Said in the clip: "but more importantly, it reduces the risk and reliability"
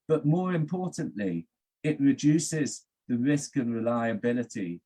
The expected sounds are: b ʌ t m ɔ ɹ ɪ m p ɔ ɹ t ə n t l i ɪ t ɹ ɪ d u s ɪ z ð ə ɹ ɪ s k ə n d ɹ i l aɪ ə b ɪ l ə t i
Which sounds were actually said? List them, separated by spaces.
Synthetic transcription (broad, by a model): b ʌ t m ɔ ɹ ɪ m p ɔ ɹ t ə n t l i ɪ t ɹ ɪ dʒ u s ɪ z ð ə ɹ ɪ s k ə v ɹ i l aɪ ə b ɪ l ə t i